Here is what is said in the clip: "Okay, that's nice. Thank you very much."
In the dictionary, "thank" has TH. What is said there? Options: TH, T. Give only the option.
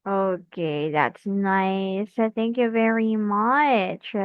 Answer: TH